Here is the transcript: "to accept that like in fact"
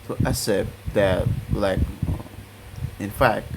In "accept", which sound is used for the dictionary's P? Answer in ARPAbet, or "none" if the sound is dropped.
none